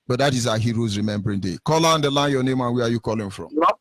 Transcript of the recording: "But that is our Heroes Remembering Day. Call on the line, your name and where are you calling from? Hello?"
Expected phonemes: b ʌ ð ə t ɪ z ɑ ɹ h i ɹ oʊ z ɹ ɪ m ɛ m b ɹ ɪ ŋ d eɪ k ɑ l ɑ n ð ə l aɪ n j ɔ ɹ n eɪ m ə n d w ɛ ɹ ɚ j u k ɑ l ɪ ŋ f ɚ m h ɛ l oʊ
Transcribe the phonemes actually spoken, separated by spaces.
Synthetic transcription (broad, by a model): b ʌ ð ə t ɪ z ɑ h i ɹ oʊ z ɹ ɪ m ɛ m b ɹ ɪ ŋ d eɪ k ɑ l ɑ n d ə l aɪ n j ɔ n eɪ m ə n w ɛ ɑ j u k ɑ l ɪ ŋ f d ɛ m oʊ